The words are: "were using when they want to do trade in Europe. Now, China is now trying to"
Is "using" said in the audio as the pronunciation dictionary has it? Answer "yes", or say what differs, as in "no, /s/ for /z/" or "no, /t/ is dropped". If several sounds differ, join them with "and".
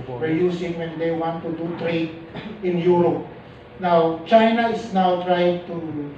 no, /s/ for /z/